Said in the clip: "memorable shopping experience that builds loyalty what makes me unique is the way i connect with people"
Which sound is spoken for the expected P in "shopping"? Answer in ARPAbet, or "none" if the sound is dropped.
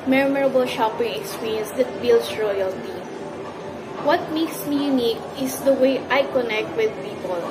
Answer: P